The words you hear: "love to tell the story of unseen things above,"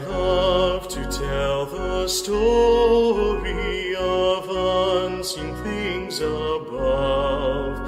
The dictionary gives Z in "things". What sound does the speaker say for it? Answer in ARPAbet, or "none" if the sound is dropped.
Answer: Z